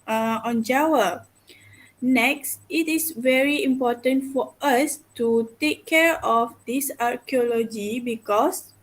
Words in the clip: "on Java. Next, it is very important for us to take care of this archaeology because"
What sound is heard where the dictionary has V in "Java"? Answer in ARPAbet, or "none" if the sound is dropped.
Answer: W